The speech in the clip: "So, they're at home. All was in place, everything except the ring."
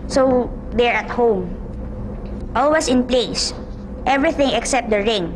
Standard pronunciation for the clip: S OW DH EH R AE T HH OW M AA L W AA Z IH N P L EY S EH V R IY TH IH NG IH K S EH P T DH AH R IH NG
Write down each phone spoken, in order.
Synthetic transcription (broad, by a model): S OW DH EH R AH T HH OW M AA L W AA S IH N P L EY S EH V R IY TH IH NG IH K S EH P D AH R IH NG